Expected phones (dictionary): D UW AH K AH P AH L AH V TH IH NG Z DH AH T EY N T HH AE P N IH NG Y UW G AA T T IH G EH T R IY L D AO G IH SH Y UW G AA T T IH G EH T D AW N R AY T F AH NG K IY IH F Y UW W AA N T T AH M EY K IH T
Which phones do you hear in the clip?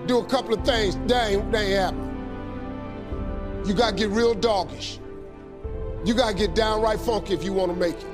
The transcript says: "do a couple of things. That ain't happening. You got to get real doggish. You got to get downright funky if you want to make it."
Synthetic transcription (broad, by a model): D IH AH K AH P L AH V TH IH NG Z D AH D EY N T HH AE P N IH Y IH G AA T T IH G EH T R IY L D AO G IH SH Y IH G AA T T IH G EH T D AW N R AY T F AH NG K IY IH F Y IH W AA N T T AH M EY K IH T